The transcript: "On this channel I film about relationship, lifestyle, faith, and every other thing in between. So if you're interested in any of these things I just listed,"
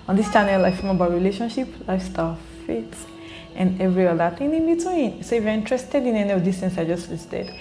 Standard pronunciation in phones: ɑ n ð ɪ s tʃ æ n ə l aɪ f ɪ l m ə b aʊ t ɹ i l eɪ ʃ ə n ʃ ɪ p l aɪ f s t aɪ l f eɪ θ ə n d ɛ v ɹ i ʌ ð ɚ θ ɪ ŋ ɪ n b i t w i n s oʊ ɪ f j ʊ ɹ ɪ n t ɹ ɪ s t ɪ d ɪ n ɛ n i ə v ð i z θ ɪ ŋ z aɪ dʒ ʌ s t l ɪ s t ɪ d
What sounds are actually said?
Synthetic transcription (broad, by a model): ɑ n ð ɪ s tʃ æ n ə l aɪ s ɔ m ə b aʊ t ɹ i l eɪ ʃ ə n ʃ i p l aɪ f s t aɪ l f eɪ t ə n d ɛ v ɹ i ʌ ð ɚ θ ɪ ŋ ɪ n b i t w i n s oʊ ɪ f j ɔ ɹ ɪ n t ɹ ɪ s t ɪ d ɪ n ɛ n i ə v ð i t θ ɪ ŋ s aɪ dʒ ʌ s t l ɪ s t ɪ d